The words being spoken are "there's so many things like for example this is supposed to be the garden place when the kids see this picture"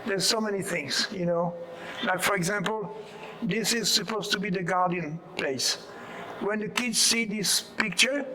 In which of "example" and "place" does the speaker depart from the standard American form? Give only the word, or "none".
none